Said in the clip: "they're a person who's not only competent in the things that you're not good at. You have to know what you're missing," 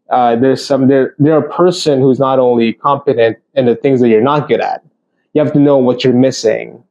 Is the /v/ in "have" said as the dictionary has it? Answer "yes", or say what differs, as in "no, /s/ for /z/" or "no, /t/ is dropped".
no, /f/ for /v/